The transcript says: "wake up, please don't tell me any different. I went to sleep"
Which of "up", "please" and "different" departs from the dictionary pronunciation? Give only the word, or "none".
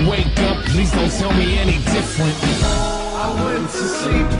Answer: none